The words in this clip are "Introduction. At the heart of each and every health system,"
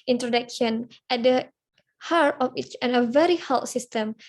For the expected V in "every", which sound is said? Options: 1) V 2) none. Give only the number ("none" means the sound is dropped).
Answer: 2